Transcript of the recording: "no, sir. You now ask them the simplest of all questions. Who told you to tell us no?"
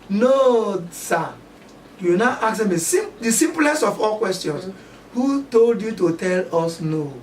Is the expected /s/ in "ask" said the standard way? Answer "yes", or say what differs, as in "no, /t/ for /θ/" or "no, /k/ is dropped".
no, /s/ is dropped